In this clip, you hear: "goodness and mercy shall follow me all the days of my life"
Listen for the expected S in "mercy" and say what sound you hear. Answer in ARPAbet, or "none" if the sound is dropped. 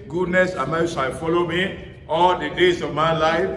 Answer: none